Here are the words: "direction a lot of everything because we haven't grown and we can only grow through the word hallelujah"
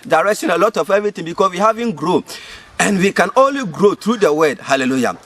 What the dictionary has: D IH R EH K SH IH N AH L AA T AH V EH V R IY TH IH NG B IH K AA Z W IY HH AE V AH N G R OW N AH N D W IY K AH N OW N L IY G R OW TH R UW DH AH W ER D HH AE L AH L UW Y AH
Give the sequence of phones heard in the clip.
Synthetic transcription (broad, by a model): D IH R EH K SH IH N AH L AA T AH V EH V R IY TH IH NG B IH K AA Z W IY HH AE V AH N G R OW AH N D W IY K AH N OW N L IY G R OW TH R UW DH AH W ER D HH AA L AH L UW Y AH